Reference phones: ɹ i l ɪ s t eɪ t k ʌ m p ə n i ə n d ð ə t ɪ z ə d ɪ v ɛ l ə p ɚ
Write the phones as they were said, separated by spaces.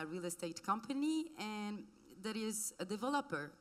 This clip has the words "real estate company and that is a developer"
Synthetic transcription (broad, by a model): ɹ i l ɪ s t eɪ t k ʌ m p ə n i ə n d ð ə t ɪ z ə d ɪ v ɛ l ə p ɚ